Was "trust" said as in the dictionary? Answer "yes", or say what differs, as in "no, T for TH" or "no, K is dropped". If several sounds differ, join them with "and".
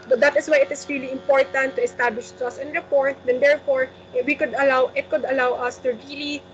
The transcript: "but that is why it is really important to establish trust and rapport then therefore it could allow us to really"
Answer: no, R is dropped and T is dropped